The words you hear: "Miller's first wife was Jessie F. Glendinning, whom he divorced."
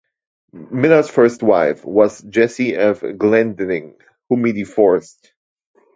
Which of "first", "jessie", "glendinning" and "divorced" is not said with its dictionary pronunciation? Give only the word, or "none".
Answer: divorced